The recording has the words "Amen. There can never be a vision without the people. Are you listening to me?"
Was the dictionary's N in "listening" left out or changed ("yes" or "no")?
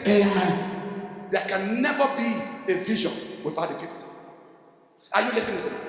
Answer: yes